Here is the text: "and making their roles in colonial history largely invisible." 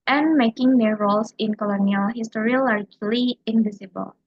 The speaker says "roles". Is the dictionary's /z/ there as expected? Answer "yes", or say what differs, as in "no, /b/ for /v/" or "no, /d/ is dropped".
no, /s/ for /z/